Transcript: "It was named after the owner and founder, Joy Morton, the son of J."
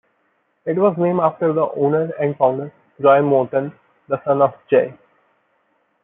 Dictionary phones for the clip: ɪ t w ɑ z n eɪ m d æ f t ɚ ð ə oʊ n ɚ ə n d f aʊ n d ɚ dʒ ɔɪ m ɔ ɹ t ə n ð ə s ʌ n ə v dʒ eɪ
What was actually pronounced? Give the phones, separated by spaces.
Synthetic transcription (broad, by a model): ɪ t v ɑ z n eɪ m æ f t ɚ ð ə oʊ n ɚ ə n d f aʊ n d ɚ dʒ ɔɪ m ɔ ɹ t ə n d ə s ʌ n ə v dʒ eɪ